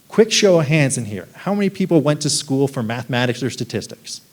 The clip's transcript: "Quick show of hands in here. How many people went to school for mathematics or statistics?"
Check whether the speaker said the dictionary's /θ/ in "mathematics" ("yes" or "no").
yes